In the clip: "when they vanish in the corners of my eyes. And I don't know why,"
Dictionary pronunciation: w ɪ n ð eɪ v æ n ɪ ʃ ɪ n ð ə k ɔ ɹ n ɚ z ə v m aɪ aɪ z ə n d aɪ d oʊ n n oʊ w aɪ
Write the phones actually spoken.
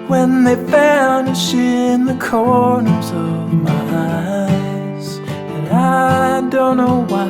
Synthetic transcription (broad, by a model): w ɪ n ð eɪ f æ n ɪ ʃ ɪ n ð ə k ɔ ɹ n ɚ z ə v m aɪ aɪ z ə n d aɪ d oʊ n n oʊ w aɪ